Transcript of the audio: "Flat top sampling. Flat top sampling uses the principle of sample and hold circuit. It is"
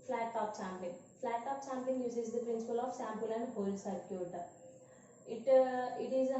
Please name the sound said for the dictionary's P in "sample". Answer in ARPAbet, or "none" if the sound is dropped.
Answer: P